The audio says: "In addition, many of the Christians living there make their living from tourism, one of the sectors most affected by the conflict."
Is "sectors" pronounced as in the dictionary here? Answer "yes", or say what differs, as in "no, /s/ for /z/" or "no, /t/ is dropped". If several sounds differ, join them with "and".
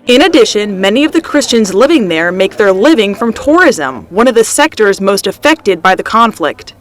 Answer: yes